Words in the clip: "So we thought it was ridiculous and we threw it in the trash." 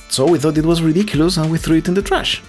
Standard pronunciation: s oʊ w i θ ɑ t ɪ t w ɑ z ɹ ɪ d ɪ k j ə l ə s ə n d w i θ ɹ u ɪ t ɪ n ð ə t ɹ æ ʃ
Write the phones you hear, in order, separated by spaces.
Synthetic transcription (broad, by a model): s oʊ w i θ ɑ t ɪ t w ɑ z ɹ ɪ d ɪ k j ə l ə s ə n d w i θ ɹ u ɪ t ɪ n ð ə t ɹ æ ʃ